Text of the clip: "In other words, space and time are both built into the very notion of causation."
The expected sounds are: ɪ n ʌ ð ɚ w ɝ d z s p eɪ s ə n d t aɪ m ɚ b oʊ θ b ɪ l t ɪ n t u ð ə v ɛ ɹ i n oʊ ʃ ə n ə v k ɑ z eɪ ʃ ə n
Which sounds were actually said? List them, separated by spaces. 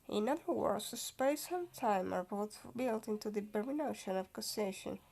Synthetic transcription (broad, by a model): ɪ n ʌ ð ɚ w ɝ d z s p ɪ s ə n t aɪ m ɚ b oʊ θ b ɪ l t ɪ n t u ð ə b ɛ ɹ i n oʊ ʃ ə n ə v k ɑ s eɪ ʃ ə n